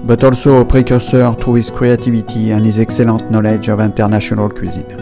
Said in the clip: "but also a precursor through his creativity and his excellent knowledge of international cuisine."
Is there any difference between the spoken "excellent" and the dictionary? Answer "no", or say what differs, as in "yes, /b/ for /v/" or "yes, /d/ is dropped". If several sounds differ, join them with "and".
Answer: yes, /n/ is dropped